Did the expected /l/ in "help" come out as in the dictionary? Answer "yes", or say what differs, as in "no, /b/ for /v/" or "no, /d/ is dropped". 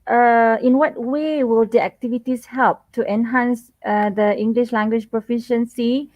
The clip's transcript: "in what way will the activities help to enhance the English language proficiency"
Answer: yes